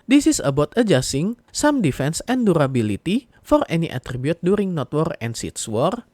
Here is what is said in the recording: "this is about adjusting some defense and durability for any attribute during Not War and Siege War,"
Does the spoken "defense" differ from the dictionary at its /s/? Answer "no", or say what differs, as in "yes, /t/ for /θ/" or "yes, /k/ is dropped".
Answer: no